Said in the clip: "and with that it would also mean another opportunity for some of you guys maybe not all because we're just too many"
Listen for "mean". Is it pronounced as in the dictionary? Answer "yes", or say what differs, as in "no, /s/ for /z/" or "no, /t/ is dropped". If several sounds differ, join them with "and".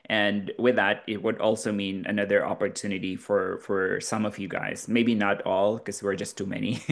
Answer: yes